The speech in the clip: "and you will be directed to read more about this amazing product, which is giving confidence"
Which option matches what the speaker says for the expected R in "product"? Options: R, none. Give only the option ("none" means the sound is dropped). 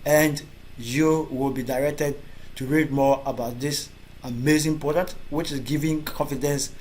none